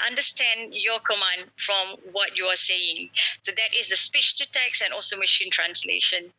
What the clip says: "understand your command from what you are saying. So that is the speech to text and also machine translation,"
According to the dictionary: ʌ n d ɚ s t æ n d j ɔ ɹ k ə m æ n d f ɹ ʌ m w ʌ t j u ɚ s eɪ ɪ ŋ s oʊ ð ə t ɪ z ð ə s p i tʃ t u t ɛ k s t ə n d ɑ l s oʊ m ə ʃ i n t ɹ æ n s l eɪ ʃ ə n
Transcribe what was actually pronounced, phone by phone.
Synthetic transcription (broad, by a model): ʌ n d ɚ s t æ n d j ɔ k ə m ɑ n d f ɹ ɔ m w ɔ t j u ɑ s eɪ ɪ ŋ s oʊ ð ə t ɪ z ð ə s p i tʃ t u t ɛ k s ə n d ɑ l s oʊ m ə ʃ i n t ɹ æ n s l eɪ ʃ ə n